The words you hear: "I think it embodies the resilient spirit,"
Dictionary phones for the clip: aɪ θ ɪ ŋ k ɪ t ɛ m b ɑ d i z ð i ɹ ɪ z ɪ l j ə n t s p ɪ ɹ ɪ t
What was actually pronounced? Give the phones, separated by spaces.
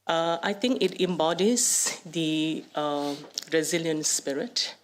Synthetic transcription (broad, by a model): aɪ t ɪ ŋ k ɪ t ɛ m b ɑ d i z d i ɹ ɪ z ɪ l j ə n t s p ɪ ɹ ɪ t